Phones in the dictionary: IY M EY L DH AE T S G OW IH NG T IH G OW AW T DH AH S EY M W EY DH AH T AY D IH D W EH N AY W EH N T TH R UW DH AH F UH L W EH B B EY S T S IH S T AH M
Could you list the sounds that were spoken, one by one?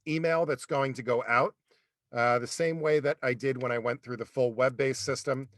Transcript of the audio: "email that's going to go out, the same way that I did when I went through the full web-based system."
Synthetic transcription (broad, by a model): IY M EY L DH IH T S G OW IH NG T IH G OW AW T DH AH S EY M W EY DH AH T AY D IH D W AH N AY W EH N TH R UW DH AH F UH L W EH B B EY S S IH S T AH M